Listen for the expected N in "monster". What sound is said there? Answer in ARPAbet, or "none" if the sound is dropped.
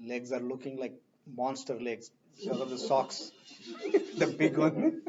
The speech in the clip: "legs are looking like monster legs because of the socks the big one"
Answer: N